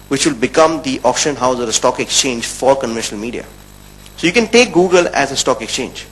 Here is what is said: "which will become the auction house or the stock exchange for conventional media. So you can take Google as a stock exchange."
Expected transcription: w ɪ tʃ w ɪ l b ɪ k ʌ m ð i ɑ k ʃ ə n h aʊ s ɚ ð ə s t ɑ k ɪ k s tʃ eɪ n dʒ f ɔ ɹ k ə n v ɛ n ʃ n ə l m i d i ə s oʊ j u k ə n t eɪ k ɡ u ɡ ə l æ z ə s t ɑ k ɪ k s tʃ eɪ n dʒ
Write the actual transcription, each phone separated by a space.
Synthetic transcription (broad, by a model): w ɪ tʃ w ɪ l b ɪ k ʌ m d i ɑ k ʃ ə n h aʊ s ɚ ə s t ɑ k ɪ k s tʃ eɪ n dʒ f ɔ ɹ k ə n v ɛ n ʃ n ə l m i d i ə s oʊ j u k ə n t eɪ k ɡ u ɡ ə l æ z ə s t ɑ k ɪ k s tʃ eɪ n dʒ